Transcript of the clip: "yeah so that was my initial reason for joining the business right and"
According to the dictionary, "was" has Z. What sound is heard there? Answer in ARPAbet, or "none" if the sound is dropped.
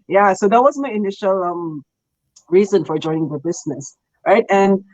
Z